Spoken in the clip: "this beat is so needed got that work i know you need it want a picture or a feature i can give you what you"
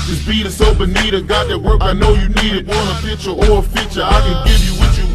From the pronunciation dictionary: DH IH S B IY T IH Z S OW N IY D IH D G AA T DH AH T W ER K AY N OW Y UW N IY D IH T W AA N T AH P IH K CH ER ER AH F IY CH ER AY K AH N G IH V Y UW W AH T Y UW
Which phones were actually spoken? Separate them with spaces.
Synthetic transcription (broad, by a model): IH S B IY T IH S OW N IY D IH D G AA T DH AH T W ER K AY N OW Y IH N IY D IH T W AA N AH F IH CH ER ER AH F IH CH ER AY K AH N G IH V Y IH W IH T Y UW